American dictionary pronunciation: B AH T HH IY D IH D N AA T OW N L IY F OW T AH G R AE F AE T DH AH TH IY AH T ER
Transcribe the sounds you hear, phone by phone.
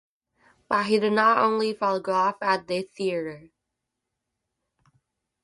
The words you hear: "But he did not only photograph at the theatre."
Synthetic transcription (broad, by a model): B AH T HH IY D IH D N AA T OW N L IY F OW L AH G AO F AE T DH AH TH IY AH T ER